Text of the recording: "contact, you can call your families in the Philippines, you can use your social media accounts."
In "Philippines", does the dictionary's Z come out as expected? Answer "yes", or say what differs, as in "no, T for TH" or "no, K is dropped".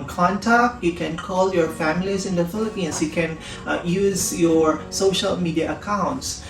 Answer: no, S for Z